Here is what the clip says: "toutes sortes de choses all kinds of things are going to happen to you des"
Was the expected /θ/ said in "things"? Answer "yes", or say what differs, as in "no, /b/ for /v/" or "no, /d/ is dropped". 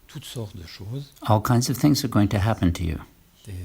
yes